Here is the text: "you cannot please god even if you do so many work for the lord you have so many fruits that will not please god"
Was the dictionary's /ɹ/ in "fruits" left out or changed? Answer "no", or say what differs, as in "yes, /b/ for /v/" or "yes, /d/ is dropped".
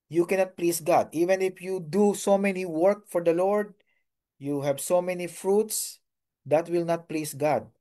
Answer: no